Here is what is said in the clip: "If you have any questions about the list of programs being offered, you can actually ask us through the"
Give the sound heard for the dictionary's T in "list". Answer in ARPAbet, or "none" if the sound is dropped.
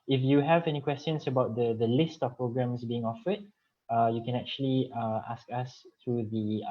T